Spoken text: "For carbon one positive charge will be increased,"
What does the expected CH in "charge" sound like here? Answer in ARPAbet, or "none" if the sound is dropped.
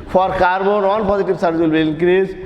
S